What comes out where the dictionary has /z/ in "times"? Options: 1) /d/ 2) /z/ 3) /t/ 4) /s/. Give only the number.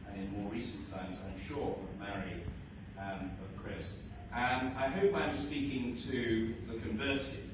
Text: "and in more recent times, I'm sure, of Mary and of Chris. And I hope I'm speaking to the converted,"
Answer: 2